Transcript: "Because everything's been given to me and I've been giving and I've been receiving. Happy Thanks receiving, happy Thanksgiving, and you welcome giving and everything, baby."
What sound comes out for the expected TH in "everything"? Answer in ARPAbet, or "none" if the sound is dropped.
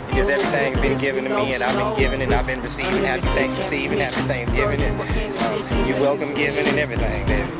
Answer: TH